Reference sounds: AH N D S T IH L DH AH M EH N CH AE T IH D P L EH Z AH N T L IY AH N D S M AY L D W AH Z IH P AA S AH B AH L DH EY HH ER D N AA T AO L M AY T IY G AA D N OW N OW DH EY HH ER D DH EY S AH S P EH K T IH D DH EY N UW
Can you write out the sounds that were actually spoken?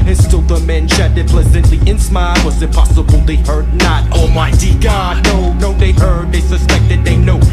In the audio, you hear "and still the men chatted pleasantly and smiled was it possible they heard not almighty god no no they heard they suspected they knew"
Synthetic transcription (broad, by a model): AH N S T IH L DH AH M EH N SH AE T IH P L EH Z AH N T L IY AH N S M AY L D W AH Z IH P AA S AH B AH L DH EY HH ER D N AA T AO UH M AY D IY G AA D N OW N OW DH EY HH ER D DH EY S AH S P EH K T IH D DH EY N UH